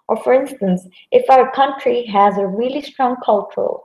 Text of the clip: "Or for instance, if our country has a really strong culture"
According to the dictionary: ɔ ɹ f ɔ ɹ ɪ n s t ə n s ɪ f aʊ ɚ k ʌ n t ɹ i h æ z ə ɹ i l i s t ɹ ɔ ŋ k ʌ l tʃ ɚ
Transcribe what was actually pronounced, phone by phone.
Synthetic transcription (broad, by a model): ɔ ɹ f ɔ ɹ ɪ n s t ə n s ɪ f aʊ ɚ k ʌ n t ɹ i h æ z ə ɹ i l i s t ɹ ɔ ŋ k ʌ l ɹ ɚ